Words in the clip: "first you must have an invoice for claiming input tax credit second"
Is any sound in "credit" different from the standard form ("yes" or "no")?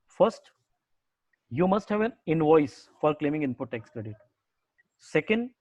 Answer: no